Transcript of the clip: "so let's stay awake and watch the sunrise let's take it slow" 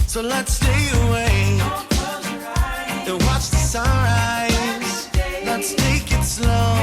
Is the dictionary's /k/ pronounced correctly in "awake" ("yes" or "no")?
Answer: no